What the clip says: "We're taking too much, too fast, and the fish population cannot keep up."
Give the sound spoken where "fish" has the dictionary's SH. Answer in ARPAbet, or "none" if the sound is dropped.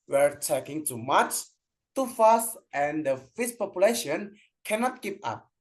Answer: S